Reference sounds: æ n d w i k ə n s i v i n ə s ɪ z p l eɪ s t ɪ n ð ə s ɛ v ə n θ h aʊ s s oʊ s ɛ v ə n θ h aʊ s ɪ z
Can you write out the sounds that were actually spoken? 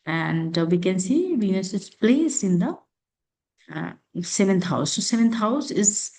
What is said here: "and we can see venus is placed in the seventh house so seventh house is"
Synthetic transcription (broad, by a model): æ n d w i k ə n s i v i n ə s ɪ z p l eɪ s ɪ n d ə s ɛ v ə n t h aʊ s s oʊ s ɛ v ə n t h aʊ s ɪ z